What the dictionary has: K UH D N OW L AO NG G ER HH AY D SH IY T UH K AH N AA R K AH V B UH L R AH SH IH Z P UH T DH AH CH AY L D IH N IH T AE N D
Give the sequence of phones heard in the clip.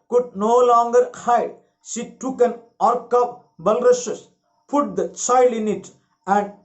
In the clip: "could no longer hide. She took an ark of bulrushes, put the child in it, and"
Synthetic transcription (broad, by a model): K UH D N OW L AO NG G ER HH AY D SH IY T UH K AH N AA R K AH P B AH L R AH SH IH S P UH T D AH CH AY L D IH N IH T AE N D